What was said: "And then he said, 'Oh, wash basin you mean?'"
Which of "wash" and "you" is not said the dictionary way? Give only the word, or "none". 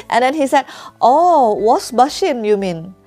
wash